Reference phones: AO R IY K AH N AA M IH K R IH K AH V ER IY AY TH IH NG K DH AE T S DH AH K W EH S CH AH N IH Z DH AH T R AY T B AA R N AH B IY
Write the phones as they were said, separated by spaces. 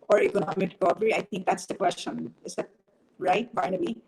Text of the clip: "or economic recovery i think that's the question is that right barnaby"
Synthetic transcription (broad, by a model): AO R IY K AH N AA M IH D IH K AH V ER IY AY T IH NG K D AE T S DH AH K W EH S CH AH N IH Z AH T R AY T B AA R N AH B IY